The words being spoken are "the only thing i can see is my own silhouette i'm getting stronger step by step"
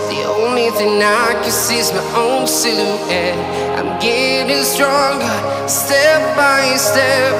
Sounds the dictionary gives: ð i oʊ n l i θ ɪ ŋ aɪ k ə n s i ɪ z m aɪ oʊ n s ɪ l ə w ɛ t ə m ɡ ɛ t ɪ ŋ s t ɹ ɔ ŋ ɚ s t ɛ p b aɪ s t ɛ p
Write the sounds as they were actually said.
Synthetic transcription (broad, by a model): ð i oʊ n l i θ ɪ ŋ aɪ k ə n s i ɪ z m aɪ oʊ n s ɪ n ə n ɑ ə m ɡ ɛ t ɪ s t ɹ ɔ ŋ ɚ s t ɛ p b aɪ s t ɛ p